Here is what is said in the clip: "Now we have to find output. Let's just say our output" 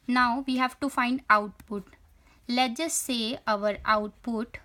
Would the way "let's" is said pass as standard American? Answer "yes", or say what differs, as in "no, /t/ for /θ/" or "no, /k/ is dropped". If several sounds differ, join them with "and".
no, /s/ is dropped